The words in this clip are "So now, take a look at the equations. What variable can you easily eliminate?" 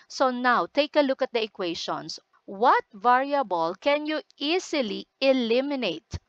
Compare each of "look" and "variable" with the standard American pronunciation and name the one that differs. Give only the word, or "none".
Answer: none